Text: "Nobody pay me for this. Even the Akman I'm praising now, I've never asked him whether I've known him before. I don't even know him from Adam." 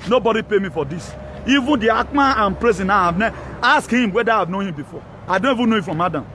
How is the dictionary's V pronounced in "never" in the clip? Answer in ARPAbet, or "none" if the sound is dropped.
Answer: none